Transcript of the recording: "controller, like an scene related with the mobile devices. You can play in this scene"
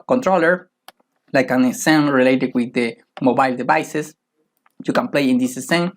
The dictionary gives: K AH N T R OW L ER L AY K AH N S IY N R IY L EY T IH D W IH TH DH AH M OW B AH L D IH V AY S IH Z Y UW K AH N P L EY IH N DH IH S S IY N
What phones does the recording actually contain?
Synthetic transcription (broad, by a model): K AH N T R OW L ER L AY K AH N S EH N R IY L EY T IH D W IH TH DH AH M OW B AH L D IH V AY S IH S Y UW K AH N P L EY IH N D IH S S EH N